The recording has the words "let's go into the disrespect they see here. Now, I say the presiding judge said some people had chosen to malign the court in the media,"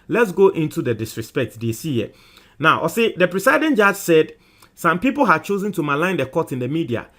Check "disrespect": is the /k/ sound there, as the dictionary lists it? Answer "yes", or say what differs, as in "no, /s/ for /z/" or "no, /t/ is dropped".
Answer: yes